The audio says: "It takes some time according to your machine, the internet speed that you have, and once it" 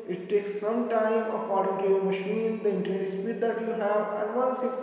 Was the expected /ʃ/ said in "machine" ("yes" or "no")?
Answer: yes